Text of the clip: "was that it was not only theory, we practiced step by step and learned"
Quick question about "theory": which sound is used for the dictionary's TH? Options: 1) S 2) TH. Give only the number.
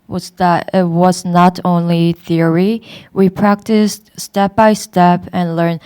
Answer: 2